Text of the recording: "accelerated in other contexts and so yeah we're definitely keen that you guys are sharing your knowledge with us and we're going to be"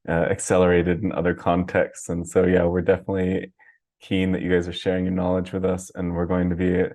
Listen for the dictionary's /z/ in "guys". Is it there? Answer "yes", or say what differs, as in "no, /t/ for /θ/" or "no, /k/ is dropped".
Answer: yes